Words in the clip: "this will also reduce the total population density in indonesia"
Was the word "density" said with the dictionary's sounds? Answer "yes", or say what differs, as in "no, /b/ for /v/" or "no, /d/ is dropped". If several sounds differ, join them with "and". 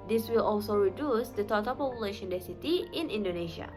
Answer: no, /n/ is dropped